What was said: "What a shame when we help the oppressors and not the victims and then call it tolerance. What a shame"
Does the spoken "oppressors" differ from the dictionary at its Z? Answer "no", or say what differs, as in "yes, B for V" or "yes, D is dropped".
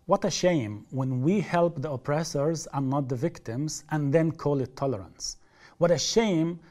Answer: no